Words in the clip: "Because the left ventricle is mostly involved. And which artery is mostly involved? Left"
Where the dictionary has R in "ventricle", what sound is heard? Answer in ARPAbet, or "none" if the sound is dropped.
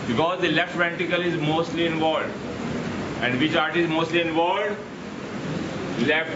none